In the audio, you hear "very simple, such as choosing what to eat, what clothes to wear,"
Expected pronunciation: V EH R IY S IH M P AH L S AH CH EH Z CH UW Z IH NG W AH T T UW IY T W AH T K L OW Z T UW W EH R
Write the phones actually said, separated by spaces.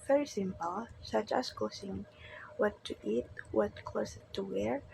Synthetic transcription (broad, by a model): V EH R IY S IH M P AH L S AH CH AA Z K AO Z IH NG W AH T T UW IY T W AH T K OW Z T UW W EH R